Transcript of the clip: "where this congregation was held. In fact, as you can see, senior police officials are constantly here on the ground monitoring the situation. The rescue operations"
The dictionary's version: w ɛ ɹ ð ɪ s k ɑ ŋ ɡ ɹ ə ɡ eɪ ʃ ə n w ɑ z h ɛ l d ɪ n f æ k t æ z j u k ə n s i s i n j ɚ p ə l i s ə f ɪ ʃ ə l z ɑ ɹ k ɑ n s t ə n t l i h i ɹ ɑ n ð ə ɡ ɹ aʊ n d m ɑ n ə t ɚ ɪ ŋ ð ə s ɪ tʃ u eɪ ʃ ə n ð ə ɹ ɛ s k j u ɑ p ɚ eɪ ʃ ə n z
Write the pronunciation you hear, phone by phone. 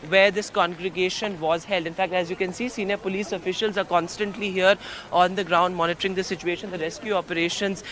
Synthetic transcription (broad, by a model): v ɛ ɹ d ɪ s k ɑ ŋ ɡ ɹ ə ɡ eɪ ʃ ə n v ɑ z h ɛ l d ɪ n f æ k t æ z j u k ə n s i s i n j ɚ p ə l i s ə f ɪ ʃ ə l z ɑ ɹ k ɑ n s t ə n t l i h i ɹ ɑ n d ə ɡ ɹ aʊ n d m ɑ n ə t ɚ ɪ ŋ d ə s ɪ tʃ u eɪ ʃ ə n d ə ɹ ɛ s k j u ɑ p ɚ eɪ ʃ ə n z